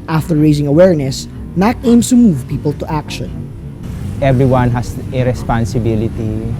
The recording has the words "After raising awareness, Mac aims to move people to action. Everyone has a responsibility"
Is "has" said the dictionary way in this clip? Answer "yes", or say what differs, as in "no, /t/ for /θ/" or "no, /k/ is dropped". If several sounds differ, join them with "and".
no, /s/ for /z/